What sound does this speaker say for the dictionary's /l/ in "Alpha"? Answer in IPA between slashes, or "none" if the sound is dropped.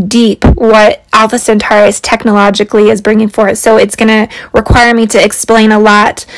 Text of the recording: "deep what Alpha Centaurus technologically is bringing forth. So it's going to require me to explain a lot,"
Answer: /l/